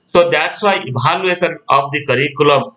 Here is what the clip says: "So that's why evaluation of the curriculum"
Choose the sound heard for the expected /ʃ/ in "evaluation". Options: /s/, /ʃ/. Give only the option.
/s/